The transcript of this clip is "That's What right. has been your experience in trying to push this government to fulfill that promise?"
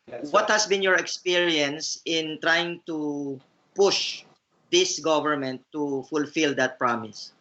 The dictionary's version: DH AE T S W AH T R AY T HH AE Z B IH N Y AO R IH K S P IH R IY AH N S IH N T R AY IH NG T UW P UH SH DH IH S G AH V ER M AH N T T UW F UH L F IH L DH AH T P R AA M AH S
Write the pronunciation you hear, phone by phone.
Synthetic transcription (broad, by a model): W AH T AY T HH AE S B IH N Y AO R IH K S P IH R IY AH N S IH N T R AY IH NG T UW P UH SH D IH S G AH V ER M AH N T T UW F UH L F IH L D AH T P R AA M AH S